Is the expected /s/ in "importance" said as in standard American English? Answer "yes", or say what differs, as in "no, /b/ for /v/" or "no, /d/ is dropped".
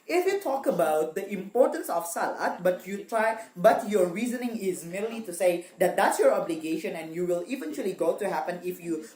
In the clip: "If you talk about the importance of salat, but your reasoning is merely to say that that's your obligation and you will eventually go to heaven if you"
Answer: yes